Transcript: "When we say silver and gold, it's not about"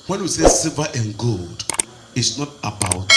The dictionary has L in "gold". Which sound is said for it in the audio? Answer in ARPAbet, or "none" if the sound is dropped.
L